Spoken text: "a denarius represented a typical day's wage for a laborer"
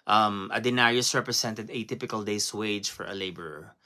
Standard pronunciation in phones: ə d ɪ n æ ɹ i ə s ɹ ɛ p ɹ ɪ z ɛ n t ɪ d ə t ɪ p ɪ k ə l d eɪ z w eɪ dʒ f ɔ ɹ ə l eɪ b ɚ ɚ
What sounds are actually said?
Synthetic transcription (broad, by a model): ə d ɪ n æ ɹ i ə s ɹ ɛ p ɹ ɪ s ɛ n t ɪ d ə t ɪ p ɪ k ə l d eɪ s w eɪ dʒ f ɔ ɹ ə l eɪ b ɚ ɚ